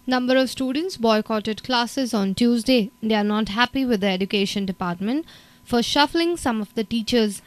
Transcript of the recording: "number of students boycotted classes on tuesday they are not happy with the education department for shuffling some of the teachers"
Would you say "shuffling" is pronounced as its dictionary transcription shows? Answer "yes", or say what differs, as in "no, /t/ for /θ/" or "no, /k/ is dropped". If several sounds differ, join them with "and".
yes